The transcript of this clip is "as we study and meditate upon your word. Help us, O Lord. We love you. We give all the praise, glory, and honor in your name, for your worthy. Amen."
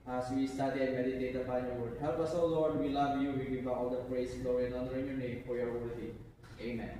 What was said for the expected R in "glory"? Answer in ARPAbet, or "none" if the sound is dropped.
none